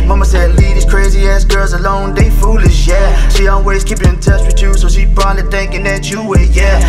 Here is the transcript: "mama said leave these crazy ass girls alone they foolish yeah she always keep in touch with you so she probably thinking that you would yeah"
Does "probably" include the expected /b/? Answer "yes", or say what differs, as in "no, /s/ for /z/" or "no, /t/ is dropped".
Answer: no, /b/ is dropped